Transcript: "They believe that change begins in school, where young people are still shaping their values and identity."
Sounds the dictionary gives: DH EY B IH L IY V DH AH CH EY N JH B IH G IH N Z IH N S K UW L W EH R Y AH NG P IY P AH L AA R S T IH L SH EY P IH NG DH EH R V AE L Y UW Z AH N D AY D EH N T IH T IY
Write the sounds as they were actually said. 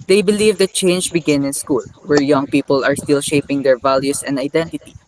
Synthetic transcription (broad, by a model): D EY B IH L IY V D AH CH EY N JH B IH G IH N IH N S K UW L W EH R Y AH NG P IY P AH L AA R S T IH L SH EY P IH NG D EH R V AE L Y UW S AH N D AY D EH N T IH T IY